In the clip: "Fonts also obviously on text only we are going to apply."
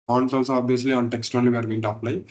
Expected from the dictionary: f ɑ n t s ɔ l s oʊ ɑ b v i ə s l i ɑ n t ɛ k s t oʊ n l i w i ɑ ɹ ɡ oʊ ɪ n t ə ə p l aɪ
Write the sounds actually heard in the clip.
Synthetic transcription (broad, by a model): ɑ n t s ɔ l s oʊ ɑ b i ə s l i ɑ n t ɛ k s t oʊ n l i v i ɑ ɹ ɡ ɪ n t ə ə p l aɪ